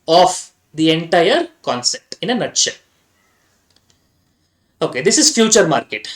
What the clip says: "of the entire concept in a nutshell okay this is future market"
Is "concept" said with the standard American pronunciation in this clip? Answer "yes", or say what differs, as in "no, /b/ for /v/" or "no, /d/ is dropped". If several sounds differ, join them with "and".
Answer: yes